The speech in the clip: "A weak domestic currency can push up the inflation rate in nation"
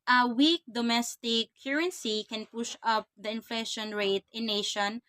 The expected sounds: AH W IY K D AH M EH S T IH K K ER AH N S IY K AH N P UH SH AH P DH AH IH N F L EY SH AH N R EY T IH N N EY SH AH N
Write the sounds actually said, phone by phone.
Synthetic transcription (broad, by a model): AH W IY K D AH M EH S T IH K K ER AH N S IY K AH N P UH SH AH P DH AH IH N F L EY SH AH N R EY T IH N N EY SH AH N